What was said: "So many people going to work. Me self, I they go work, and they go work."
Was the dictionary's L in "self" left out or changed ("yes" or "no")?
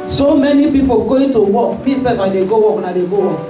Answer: yes